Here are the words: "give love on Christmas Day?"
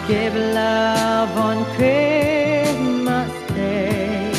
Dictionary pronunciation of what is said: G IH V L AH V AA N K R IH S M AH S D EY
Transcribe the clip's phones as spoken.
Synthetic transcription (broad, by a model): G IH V L AH V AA N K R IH M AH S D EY